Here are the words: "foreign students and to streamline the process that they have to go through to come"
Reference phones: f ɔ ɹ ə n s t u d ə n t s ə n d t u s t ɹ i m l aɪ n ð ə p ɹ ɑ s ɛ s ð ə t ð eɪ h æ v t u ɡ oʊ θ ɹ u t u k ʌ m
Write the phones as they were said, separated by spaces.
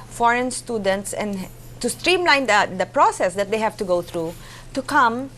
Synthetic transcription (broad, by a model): f ɔ ɹ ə n s t u d ə n t s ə n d t u s t ɹ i m l aɪ n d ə p ɹ ɑ s ɛ s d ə t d eɪ h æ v t u ɡ oʊ t ɹ u t u k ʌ m